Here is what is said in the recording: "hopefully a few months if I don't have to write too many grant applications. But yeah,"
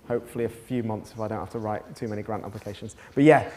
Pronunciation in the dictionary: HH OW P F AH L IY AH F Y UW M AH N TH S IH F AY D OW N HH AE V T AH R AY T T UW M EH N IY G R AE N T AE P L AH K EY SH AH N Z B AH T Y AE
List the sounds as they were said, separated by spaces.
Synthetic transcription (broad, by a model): HH OW P F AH L IY AH F Y UW M AH N TH S IH F AY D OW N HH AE F T AH R AY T T UW M EH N IY G R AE N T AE P L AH K EY SH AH N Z B AH T Y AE